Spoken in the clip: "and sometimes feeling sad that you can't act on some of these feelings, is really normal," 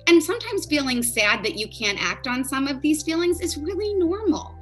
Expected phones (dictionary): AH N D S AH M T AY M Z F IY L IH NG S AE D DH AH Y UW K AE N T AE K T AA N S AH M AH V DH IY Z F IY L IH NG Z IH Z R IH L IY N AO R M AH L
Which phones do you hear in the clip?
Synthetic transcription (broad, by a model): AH N S AH M T AY M Z F IY L IH NG S AE D DH AH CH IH K AE N T AE K T N S AH M AH V DH IY Z F IY L IH NG Z IH Z R IH L IY N AO R M L